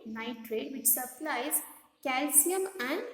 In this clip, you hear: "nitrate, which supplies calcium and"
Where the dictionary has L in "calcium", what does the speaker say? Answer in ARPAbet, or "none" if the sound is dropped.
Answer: L